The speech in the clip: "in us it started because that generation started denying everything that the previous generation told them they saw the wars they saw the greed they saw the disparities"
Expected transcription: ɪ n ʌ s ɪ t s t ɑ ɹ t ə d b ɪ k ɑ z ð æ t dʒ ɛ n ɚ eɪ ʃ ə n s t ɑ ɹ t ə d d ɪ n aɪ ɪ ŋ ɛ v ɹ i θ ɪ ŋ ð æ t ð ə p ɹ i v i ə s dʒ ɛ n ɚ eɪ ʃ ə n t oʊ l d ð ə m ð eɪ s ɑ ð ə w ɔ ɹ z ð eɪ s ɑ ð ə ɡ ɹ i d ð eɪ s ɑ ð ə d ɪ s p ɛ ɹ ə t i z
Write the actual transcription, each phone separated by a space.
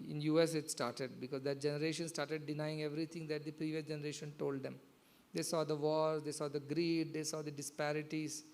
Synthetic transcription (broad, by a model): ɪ n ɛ s ɪ t s t ɑ ɹ t ə d b ɪ k ɑ z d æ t dʒ ɛ n ɚ eɪ ʃ ə n s t ɑ ɹ t ə d d ɪ n aɪ ɪ ŋ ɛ v ɹ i t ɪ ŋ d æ t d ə p ɹ i v i ə s dʒ ɛ n ɚ eɪ ʃ ə n t oʊ l d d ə m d eɪ s ɑ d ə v ɔ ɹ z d eɪ s ɑ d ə ɡ ɹ i d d eɪ s ɑ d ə d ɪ s p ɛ ɹ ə t i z